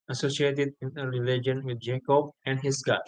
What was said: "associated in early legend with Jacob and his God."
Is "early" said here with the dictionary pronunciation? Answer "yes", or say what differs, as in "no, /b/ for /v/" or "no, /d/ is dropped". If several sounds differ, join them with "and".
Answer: no, /l/ is dropped